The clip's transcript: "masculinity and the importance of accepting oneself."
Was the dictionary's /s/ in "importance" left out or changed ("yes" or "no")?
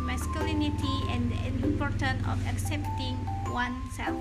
yes